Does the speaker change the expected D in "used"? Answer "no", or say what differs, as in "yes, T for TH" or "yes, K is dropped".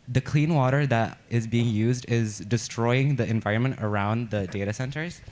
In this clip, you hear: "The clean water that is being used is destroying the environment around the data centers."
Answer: no